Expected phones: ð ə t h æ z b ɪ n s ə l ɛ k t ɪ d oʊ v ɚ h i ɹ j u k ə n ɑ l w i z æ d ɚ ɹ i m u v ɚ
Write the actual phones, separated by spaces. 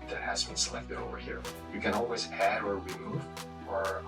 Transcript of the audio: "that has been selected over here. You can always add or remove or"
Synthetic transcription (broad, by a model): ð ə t h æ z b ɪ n s ə l ɛ k t ɪ d oʊ v ɚ h i ɹ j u k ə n ɑ l w i z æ d ɚ w i m u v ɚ